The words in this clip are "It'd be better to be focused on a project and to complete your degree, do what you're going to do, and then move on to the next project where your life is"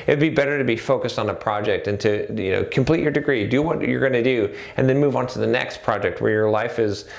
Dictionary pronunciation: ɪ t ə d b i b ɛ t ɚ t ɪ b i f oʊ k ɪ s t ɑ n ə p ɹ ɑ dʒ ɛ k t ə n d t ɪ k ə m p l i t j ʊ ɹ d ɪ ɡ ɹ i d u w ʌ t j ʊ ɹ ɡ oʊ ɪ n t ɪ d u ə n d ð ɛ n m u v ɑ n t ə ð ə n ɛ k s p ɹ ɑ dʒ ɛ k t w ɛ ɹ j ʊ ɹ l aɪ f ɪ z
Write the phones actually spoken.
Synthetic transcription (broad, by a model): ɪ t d b i b ɛ t ɚ t ɪ b i f oʊ k ɪ s t n ə p ɹ ɑ dʒ ɛ k t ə n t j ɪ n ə m p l i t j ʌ ɹ d ɪ ɡ ɹ i d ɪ w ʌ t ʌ ɹ ɡ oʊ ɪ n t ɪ d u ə n ð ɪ n m u v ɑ n t ə ð ə n ɛ k s p ɹ ɑ dʒ ɛ k t w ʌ ɹ j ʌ ɹ l aɪ f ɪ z